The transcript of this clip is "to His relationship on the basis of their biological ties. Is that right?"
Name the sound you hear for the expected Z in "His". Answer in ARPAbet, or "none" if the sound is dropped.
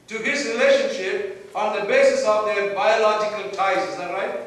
S